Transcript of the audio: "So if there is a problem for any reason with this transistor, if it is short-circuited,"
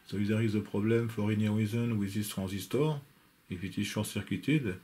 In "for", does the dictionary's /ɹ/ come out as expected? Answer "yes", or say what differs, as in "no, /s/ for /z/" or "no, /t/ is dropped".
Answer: yes